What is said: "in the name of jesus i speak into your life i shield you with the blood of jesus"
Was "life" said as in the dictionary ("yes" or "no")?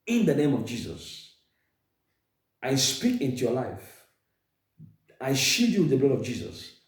yes